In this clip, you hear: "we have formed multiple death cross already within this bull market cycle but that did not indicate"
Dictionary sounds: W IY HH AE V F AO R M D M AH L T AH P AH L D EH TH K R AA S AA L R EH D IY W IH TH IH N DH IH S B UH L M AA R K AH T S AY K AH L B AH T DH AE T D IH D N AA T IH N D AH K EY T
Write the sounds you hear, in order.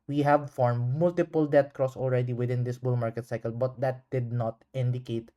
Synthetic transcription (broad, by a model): W IY HH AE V F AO R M M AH L T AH P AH L D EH T K R AA S AA L R EH D IY W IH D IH N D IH S B UH L M AA R K AH T S AY K AH L B AH T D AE T D IH D N AA T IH N D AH K EY T